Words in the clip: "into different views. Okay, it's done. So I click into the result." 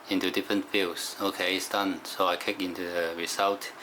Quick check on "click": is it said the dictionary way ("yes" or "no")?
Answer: no